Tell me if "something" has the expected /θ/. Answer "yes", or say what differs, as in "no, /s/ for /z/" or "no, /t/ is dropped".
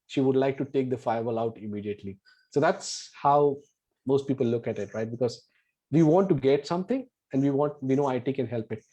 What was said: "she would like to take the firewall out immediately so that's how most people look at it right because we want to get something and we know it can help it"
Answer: no, /t/ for /θ/